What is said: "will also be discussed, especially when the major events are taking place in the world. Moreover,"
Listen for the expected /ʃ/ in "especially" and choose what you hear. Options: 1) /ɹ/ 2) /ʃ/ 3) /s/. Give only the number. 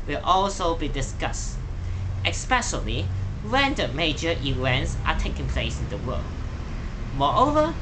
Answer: 3